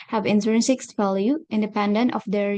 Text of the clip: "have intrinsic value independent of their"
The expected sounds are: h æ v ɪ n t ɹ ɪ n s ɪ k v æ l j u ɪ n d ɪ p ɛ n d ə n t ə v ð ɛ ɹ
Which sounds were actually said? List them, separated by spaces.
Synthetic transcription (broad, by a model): h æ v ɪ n s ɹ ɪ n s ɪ k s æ l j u ɪ n d ɪ p ɛ n d ə n t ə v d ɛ ɹ